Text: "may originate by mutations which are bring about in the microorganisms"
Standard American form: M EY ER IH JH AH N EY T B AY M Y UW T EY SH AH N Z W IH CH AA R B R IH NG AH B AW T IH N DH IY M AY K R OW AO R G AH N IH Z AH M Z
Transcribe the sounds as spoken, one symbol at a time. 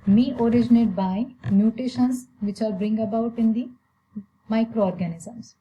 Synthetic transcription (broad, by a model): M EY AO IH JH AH N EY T B AY M Y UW T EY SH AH N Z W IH CH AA L B R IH NG AH B AW T IH N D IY M AY K R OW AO R G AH N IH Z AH M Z